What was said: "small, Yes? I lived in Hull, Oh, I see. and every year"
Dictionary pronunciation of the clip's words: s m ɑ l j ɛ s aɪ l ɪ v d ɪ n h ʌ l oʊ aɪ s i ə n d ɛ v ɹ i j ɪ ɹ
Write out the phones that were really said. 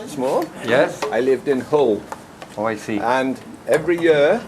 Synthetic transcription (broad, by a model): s m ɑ j ɛ s aɪ l ɪ v d ɪ n h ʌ l oʊ aɪ s i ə n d ɛ v ɹ i j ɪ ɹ